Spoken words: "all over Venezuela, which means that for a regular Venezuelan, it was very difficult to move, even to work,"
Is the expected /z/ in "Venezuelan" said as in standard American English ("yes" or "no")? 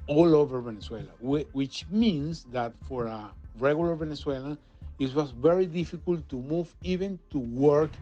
no